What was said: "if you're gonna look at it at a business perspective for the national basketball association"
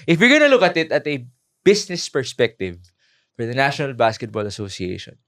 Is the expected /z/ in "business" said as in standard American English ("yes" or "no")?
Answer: no